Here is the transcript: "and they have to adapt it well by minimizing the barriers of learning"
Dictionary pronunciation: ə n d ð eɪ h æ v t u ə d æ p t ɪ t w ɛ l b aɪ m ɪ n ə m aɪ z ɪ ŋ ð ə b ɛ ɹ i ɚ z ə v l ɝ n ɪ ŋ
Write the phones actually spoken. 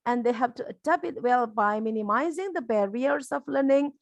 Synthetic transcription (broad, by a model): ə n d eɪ h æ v t u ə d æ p ɪ t w ɛ l b aɪ m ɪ n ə m aɪ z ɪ ŋ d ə b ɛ ɹ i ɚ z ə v l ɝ n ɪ ŋ